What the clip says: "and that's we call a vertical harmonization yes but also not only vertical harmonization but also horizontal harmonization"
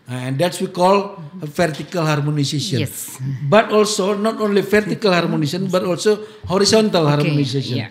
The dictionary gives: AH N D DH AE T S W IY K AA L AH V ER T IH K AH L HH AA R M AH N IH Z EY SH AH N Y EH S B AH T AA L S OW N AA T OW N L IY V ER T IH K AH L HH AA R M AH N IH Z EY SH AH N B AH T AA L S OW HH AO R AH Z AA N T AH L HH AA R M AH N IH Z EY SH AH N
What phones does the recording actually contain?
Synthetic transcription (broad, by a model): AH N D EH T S W IY K AA L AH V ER T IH K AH L HH AA R M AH N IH S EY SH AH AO B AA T AA L S OW N AA T OW N L IY F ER T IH K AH L HH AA R M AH N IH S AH N B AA T AA L S OW HH AO R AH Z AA N T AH L HH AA R M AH N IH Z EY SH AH N